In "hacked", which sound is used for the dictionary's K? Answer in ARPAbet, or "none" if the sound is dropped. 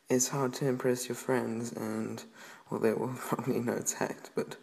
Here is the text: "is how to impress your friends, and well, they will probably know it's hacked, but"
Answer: none